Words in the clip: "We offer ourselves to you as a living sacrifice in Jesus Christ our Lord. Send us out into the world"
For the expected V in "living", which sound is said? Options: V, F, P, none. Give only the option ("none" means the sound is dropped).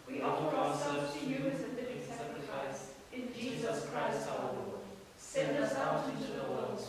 none